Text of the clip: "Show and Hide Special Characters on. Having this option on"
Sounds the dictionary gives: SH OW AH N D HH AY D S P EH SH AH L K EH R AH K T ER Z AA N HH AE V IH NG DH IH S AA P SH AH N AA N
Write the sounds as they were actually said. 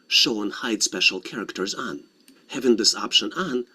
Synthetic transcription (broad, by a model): SH OW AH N HH AY D S P EH SH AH L K EH R AH K T ER Z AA N HH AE V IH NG DH IH S AA P SH AH N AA N